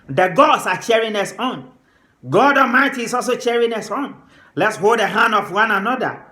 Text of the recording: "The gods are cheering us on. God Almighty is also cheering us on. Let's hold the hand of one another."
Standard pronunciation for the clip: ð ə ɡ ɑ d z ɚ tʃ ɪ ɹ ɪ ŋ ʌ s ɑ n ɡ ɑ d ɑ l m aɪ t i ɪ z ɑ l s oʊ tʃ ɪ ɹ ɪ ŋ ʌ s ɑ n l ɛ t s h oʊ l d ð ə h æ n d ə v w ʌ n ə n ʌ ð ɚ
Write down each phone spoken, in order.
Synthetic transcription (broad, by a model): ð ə ɡ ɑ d s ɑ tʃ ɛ ɹ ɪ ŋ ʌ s ɑ n ɡ ɑ d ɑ m aɪ t i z ɑ l s oʊ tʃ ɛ ɹ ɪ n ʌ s ɑ n l ɛ t s h oʊ l d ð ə h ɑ n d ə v w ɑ n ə n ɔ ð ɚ